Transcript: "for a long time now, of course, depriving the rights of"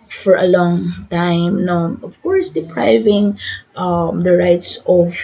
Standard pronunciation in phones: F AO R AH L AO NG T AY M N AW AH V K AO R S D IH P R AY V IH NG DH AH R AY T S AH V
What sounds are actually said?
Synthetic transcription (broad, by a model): F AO R AH L AO NG T AY M N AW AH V K AO R S D IH P R AY V IH NG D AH R AY T S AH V